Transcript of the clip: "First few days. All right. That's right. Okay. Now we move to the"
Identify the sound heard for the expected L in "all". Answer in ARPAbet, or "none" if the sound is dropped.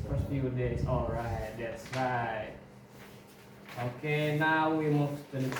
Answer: L